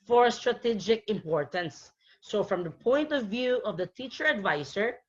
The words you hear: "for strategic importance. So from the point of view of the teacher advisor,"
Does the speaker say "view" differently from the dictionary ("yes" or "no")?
no